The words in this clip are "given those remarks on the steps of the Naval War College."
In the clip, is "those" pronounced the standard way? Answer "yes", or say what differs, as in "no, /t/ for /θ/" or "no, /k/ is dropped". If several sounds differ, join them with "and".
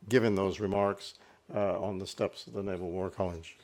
yes